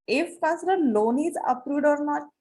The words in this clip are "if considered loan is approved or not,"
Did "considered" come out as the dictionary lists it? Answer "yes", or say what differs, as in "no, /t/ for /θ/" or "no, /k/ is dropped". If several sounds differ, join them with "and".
no, /n/ is dropped